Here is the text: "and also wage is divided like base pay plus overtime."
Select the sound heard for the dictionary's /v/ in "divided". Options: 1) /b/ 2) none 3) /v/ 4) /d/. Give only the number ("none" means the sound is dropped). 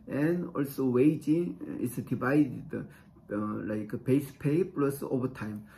1